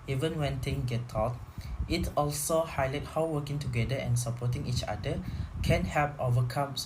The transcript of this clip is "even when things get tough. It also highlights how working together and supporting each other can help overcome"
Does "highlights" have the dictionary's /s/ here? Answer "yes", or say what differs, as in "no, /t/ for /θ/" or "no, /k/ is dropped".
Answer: no, /s/ is dropped